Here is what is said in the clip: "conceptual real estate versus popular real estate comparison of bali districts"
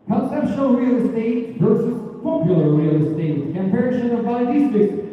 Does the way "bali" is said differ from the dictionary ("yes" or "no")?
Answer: yes